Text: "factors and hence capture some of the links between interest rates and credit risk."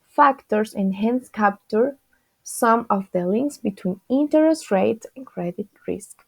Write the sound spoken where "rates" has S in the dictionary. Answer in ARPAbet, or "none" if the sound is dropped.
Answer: none